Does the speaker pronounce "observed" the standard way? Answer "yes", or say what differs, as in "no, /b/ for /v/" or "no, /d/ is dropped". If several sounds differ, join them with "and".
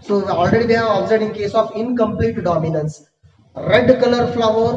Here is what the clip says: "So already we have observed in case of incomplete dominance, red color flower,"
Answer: no, /v/ is dropped